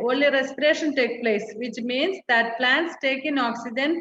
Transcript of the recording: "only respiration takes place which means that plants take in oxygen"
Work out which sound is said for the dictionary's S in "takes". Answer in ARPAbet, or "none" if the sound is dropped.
none